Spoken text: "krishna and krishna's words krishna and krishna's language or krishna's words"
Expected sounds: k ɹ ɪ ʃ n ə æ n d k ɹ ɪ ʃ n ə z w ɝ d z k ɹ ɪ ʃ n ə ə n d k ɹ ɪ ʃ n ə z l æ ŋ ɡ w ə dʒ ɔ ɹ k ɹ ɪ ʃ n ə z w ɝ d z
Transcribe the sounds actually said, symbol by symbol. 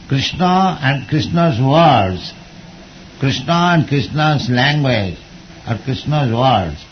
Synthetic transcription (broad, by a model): k ɹ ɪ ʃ n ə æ n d k ɹ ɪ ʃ n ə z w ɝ d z k ɹ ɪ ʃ n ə ə n d k ɹ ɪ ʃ n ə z l æ ŋ ɡ w ə dʒ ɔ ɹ k ɹ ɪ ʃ n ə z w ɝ d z